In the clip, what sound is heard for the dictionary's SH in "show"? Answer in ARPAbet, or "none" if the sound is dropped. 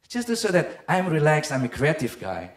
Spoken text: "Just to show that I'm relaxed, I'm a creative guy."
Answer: S